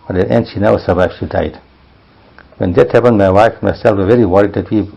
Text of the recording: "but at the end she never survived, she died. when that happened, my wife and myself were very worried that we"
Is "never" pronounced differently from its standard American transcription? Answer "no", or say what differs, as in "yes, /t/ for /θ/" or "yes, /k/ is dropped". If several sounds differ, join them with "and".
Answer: yes, /v/ is dropped